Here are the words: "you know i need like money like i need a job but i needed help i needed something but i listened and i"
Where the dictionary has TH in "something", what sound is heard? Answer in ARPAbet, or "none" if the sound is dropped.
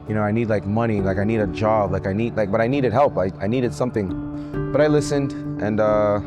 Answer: TH